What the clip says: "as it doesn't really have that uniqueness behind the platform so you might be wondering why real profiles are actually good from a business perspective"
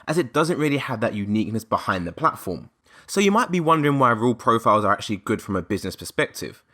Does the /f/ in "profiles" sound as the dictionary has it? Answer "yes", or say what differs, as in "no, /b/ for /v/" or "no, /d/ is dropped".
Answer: yes